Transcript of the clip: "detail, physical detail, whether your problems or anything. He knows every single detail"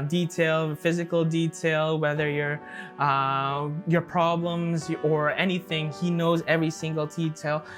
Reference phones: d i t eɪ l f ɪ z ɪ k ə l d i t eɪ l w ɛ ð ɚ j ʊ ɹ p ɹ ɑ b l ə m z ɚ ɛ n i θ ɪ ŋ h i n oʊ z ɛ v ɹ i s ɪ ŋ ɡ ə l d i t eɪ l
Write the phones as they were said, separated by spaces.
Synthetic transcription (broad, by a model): d i t eɪ l f ɪ z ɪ k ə l d i t eɪ l w ɛ ð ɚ j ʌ ɹ p ɹ ɑ b l ə m z ɚ ɛ n i θ ɪ ŋ h i n oʊ z ɛ v ɹ i s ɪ ŋ ɡ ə l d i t eɪ l